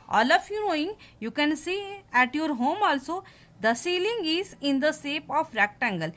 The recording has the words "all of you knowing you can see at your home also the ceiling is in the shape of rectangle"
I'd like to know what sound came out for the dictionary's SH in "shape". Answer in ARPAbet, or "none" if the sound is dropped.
S